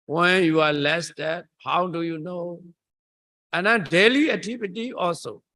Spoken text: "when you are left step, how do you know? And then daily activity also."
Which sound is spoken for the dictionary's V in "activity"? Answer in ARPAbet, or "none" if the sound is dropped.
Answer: P